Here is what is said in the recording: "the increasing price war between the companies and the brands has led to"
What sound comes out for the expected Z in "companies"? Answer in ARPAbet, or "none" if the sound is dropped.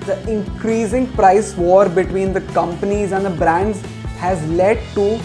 Z